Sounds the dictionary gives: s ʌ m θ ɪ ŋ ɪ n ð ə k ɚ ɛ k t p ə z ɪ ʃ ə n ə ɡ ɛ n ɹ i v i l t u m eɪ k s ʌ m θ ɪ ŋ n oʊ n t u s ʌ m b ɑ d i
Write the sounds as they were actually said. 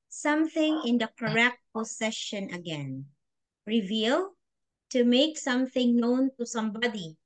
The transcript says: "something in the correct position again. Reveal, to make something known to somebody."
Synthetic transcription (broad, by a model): s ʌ m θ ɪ ŋ ɪ n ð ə k ɚ ɛ k t p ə s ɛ ʃ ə n ə ɡ ɛ n ɹ i v i l t u m eɪ k s ʌ m θ ɪ ŋ n oʊ n t u s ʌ m b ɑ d i